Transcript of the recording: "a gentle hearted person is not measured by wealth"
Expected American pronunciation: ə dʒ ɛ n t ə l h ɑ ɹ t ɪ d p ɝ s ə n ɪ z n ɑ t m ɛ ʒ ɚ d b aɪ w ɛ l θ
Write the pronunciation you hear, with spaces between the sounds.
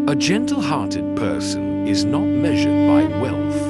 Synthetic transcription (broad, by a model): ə dʒ ɛ n t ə l h ɑ ɹ t ɪ d p ɝ s ə n ɪ z n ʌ t m ɛ ʒ ɚ d b aɪ w ɛ l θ